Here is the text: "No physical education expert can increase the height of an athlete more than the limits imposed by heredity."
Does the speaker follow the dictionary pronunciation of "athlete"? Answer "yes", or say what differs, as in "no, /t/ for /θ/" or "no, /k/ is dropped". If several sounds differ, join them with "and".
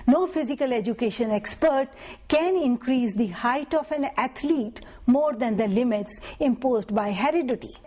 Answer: no, /t/ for /θ/